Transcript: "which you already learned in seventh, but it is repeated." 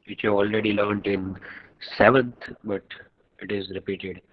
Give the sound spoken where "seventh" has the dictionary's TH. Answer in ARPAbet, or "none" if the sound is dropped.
T